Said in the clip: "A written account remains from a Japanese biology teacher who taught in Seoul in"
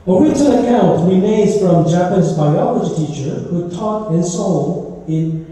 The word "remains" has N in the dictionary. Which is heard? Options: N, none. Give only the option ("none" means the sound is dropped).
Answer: none